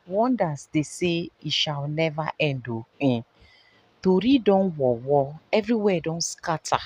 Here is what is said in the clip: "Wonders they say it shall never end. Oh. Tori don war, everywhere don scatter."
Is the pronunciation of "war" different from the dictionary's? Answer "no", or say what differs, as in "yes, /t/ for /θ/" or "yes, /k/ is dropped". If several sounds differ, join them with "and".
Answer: yes, /w/ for /ɹ/